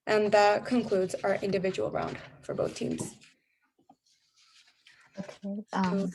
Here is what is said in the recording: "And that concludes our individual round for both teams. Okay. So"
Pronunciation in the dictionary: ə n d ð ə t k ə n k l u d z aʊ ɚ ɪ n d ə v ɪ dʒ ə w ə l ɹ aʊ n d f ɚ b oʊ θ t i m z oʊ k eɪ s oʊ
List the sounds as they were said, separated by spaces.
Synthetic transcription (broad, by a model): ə n ð ə t k ə n k l u d z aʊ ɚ ɪ n d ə v ɪ dʒ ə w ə l ɹ aʊ n d f ɚ b oʊ θ t i m z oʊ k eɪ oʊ